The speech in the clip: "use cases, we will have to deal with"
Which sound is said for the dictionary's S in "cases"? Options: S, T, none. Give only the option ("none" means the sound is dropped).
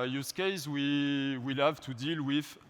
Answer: none